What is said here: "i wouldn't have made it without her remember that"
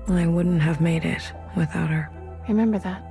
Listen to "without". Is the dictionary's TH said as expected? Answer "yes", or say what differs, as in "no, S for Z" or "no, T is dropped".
yes